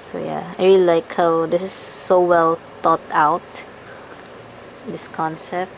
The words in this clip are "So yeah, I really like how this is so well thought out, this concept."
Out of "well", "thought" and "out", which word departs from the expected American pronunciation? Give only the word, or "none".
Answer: thought